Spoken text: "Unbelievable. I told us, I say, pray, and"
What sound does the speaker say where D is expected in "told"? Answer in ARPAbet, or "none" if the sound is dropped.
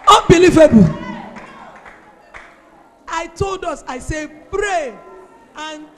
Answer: D